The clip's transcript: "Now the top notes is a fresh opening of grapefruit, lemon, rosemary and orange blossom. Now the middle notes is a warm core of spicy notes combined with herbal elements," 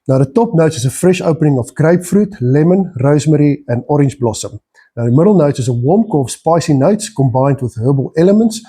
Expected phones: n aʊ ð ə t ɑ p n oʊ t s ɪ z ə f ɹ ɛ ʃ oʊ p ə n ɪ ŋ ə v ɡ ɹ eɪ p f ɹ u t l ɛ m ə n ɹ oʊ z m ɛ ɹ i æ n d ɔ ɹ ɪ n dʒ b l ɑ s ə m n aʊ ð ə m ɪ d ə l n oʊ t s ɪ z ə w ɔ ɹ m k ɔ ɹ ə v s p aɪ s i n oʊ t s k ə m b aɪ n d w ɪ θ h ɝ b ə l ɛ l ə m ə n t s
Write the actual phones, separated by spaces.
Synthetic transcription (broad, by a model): n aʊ ð ə t ɑ p n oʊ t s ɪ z ə f ɹ ɛ ʃ oʊ p ə n ɪ ŋ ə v ɡ ɹ eɪ p f ɹ u t l ɛ m ə n ɹ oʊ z m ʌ ɹ i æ n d ɔ ɹ ɪ n dʒ b l ɑ s ə m n aʊ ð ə m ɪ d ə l n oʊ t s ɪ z ə w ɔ m k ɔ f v s p aɪ s i n oʊ t s k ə m b aɪ n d w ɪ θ h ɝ b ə l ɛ l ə m ə n t s